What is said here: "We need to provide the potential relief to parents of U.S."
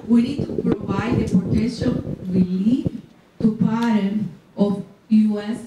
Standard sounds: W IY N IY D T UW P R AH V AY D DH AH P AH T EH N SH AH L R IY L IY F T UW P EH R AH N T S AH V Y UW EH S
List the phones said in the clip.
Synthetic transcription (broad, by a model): W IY N IY D T UW P R AH V AY D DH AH P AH T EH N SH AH L W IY L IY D T UW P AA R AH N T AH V Y UW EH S